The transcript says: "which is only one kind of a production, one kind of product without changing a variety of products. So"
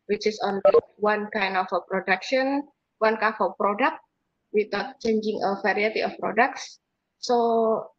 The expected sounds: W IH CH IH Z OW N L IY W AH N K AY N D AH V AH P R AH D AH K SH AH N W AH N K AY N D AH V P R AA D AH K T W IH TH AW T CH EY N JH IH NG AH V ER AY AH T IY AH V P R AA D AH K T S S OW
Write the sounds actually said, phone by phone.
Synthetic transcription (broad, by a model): W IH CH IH S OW N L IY W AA N K AY N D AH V AH P R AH D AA K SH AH N W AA N K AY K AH P R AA D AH K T W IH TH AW T CH EY N JH IH NG AH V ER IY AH T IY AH F P R AA D AH K T S S OW